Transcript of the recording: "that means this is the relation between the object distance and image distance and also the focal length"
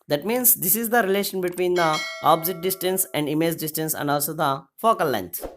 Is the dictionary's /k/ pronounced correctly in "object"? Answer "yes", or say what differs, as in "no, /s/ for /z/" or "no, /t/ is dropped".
no, /k/ is dropped